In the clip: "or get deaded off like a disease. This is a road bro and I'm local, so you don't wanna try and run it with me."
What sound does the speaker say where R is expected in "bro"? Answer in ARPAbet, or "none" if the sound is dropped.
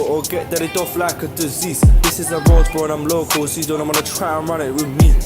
none